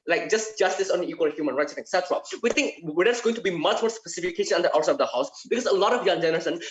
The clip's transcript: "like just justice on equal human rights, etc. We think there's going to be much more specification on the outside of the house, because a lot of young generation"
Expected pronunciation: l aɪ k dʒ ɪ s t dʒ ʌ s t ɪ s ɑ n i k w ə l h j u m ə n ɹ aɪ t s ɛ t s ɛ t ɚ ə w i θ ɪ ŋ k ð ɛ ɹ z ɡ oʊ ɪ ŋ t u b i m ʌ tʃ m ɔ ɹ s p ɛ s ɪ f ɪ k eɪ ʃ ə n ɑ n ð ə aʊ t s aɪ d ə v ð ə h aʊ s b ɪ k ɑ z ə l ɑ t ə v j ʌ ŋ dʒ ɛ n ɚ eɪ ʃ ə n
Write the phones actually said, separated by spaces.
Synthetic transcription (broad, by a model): l aɪ k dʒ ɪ s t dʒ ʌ s t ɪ s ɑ n i k w ə l h j u m ə n ɹ aɪ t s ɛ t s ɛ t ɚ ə w i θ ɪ ŋ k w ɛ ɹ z ɡ oʊ ɪ ŋ t u b i m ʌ tʃ m ɔ ɹ s p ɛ s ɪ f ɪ k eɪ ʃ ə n ɑ n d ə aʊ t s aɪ ə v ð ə h aʊ s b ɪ k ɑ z ə l ɑ t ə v j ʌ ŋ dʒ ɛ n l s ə n